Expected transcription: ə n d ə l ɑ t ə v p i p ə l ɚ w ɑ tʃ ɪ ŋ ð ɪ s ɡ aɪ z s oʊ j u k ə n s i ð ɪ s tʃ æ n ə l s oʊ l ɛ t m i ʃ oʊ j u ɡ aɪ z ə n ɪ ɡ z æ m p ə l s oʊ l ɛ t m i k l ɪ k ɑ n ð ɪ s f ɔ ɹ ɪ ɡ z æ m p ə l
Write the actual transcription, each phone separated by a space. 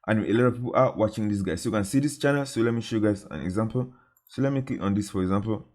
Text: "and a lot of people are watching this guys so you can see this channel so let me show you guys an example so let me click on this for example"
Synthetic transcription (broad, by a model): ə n ə l ɑ t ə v p i p ə l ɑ w ɑ tʃ ɪ ŋ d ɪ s ɡ aɪ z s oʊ j u k ə n s i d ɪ s tʃ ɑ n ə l s oʊ l ɛ t m i ʃ oʊ j u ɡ aɪ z ə n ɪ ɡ z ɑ m p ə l s oʊ l ɛ t m i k ɪ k ɑ n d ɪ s f ɔ ɹ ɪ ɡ z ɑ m p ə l